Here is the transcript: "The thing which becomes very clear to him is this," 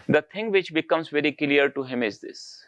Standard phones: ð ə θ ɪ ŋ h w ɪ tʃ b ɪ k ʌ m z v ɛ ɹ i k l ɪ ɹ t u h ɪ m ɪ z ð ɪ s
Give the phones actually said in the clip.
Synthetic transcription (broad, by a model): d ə t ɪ ŋ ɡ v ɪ tʃ b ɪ k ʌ m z v ɛ ɹ i k l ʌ ɹ t u h ɪ m ɪ z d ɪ s